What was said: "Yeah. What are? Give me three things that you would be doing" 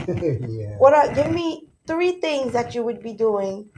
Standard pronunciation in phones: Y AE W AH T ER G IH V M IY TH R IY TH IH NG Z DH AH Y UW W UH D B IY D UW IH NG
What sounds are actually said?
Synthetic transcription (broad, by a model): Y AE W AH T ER G IH V M IY TH R IY TH IH NG Z DH AH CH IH W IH D B IY D UW IH NG